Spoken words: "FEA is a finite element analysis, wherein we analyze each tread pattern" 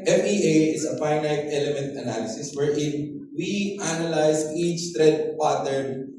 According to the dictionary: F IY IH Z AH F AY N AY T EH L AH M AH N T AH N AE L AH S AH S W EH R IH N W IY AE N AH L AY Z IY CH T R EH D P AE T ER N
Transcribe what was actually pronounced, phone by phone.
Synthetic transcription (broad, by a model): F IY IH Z AH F AY N AY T EH L AH M AH N T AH N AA L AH S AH S W EH R IH N W IY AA N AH L AY S IY CH T R EH D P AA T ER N